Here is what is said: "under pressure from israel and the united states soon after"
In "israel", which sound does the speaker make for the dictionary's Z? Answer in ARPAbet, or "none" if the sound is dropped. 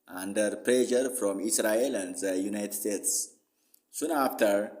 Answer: S